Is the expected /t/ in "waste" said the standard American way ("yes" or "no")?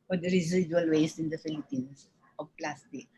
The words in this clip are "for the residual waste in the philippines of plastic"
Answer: no